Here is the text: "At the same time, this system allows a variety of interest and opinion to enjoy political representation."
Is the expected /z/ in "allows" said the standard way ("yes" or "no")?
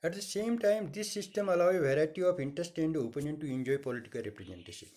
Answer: no